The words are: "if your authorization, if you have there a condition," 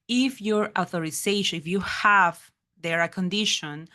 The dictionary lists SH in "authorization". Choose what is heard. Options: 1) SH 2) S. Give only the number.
2